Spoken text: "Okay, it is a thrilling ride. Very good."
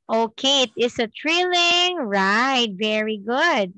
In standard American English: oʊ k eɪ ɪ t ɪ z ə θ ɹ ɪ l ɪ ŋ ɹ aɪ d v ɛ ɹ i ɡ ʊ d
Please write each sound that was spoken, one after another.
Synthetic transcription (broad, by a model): oʊ k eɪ ɪ t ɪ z ə t ɹ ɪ l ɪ ŋ ɹ aɪ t v ɛ ɹ i ɡ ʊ d